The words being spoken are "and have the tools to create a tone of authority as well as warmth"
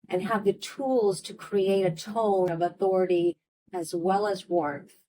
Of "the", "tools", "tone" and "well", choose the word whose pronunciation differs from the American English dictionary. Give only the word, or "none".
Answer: tone